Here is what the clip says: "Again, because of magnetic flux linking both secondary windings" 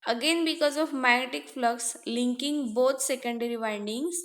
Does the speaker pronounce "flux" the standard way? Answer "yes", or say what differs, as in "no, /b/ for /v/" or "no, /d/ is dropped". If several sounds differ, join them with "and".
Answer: yes